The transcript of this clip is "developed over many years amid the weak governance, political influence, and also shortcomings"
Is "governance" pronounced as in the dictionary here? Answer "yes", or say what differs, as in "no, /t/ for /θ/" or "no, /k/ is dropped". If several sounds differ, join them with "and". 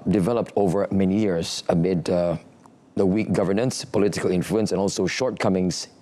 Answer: yes